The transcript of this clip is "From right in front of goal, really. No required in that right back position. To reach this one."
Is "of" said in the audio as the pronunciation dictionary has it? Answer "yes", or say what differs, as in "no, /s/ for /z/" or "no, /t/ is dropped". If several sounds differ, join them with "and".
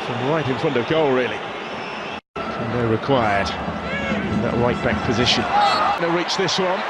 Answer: yes